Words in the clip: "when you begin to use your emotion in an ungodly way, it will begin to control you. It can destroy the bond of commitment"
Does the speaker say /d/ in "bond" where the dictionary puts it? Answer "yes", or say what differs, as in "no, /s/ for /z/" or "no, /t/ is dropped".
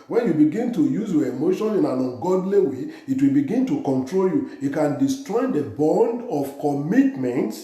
yes